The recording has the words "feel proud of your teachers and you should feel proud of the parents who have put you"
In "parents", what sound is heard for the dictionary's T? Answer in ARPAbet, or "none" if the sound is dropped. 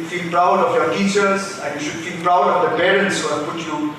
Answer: S